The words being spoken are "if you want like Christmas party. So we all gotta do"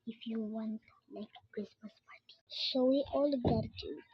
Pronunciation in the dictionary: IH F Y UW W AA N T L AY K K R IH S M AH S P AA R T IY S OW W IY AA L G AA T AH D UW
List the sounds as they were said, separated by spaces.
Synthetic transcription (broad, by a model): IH F Y UW W AA N T L AY K K R IH S M AH S P AA R T IY SH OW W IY AA L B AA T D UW